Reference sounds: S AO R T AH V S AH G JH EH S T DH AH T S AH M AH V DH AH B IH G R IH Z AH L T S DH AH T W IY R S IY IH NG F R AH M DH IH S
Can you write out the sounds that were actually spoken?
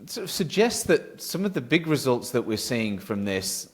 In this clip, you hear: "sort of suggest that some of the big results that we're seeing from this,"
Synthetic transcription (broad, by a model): S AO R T AH V S AH G JH EH S T DH AH T S AH M AH V DH AH B IH G R IH Z AH L T S DH AH T W IY R S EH IH NG F R AH M DH IH S